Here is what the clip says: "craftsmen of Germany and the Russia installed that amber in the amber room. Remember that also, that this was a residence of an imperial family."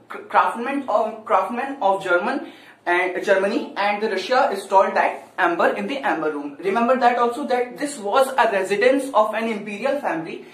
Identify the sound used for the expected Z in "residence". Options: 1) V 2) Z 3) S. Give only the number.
2